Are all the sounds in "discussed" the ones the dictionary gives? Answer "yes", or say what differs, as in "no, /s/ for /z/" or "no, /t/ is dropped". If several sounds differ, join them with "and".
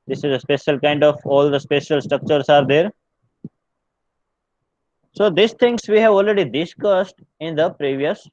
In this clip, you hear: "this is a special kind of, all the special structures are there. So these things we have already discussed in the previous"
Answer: yes